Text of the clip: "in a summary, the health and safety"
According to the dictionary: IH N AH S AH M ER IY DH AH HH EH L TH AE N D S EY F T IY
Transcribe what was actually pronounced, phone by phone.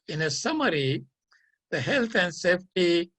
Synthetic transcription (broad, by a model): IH N AH S AH M ER IY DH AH HH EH L T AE N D S EY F T IY